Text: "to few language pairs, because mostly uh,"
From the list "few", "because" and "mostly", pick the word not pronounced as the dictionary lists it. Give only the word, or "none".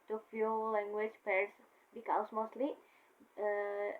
because